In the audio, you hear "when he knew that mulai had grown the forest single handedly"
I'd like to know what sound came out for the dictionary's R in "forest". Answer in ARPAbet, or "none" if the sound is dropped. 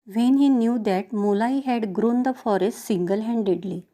R